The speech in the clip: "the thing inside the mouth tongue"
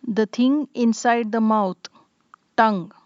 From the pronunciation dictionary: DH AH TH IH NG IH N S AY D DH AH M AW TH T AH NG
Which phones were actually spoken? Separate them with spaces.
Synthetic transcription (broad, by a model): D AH T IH NG IH N S AY D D AH M AW T T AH NG